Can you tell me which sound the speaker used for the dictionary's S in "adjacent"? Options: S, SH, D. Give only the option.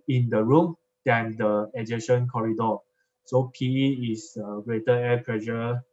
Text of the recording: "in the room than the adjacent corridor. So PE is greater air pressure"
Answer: SH